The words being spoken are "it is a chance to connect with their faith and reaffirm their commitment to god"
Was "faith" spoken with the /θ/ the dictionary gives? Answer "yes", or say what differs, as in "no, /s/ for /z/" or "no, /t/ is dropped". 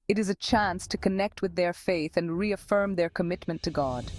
yes